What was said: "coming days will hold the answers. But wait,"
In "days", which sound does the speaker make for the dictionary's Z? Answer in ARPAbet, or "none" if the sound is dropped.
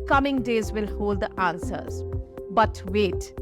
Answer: Z